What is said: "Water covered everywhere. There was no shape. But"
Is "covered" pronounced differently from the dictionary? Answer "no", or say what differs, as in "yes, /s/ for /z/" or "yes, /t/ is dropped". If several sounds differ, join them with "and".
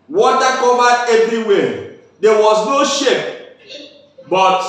yes, /d/ is dropped